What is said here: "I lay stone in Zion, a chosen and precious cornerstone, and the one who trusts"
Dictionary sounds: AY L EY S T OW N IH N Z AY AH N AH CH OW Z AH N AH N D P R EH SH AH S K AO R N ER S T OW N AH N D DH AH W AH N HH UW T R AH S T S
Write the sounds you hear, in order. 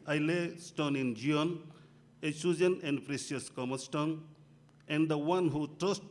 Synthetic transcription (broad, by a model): AY L EY S T OW N IH N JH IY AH N AH S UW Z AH N AH N D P R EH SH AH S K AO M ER S T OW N AH N D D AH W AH N HH UW T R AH S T